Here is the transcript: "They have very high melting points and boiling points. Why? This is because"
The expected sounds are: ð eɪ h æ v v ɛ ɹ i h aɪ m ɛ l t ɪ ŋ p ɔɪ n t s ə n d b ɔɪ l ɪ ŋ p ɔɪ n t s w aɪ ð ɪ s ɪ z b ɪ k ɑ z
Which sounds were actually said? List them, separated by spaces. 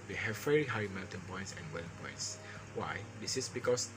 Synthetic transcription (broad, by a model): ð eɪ h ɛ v v ɛ ɹ i h aɪ m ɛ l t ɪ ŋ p ɔɪ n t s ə n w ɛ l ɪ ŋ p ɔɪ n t s w aɪ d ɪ s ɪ s b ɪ k ɑ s